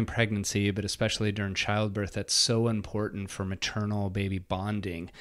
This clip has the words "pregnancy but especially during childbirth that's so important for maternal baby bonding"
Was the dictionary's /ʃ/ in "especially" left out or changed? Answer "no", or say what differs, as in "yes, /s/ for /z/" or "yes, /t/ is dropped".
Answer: no